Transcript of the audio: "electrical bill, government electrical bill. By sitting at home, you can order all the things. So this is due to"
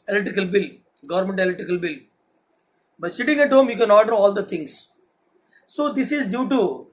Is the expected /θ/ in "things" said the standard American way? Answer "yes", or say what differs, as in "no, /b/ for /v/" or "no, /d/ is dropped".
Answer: no, /t/ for /θ/